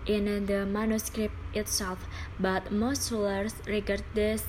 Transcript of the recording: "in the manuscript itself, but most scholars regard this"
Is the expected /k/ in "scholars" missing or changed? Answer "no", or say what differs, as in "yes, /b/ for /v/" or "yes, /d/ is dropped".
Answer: yes, /k/ is dropped